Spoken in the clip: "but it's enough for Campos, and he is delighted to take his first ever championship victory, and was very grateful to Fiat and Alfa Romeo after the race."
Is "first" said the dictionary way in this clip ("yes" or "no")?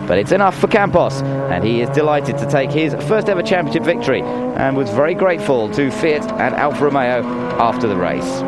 yes